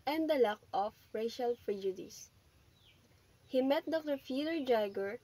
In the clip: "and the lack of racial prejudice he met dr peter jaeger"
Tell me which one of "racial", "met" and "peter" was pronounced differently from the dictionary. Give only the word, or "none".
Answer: peter